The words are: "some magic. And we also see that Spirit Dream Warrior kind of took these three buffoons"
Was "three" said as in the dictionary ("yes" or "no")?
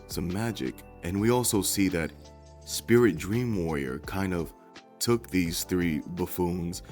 yes